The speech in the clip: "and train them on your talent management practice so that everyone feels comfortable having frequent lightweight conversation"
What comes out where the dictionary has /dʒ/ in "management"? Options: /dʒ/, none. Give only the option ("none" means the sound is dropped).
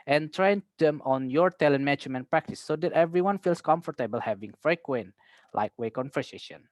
none